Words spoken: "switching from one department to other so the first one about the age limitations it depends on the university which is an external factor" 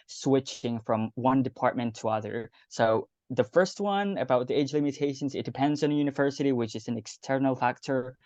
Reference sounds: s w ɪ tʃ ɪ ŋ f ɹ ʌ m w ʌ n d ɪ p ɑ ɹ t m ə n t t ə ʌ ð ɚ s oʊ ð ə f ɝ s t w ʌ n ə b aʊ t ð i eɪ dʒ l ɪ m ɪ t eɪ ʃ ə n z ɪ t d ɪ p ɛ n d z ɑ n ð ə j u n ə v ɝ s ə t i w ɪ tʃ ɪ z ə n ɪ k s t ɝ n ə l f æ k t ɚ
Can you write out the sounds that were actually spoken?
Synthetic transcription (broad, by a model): s w ɪ tʃ ɪ ŋ f ɹ ʌ m w ʌ n d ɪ p ɑ ɹ t m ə n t t ə ʌ ð ɚ s oʊ ð ə f ɝ s t w ʌ n ə b aʊ t ð i eɪ dʒ l ɪ m ɪ t eɪ ʃ ə n z ɪ t d ɪ p ɛ n d z n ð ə j u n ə v ɝ s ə t i w ɪ tʃ ɪ z n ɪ k s t ɝ n l f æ k t ɚ